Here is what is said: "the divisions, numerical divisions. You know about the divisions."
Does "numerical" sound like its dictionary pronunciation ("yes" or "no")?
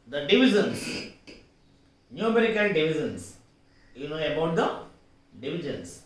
no